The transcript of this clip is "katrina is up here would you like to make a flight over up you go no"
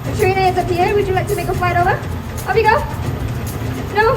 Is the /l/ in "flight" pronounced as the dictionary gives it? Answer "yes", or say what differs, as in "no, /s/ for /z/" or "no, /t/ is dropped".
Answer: yes